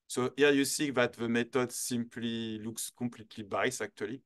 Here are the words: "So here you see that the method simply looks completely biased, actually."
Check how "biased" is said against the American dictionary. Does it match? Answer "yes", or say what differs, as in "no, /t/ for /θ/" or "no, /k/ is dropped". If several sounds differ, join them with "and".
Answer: no, /t/ is dropped